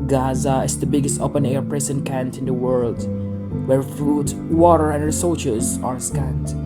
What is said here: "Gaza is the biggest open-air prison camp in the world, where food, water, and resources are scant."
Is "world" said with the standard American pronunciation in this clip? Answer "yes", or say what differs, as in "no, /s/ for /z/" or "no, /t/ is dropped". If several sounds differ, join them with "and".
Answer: yes